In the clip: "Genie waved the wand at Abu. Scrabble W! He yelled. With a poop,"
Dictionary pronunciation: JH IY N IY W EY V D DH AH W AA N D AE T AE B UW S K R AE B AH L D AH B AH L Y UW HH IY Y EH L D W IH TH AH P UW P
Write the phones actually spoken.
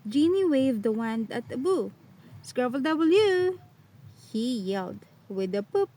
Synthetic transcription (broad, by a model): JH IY N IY W EY V D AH W AA N D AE T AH B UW S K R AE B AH L D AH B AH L Y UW HH IY Y EH L D W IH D AH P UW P